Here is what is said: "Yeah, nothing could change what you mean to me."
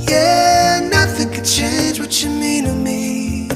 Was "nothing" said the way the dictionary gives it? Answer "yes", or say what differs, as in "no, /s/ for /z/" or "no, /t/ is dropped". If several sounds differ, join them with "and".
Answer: yes